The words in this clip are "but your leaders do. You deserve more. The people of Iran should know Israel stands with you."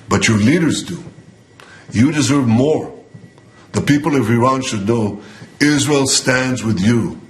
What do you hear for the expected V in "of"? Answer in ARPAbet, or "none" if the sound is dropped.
V